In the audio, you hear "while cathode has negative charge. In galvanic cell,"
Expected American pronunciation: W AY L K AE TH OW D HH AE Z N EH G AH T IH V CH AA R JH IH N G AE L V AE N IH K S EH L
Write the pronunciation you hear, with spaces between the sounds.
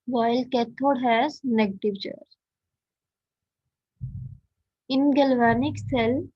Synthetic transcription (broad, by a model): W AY L K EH T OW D HH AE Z N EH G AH T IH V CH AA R IH N G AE L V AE N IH K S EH L